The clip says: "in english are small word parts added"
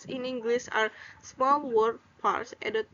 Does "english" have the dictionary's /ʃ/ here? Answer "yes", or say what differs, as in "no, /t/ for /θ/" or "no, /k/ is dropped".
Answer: no, /s/ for /ʃ/